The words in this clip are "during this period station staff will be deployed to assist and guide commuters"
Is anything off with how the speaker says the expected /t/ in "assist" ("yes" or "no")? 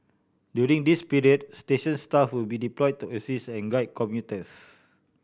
yes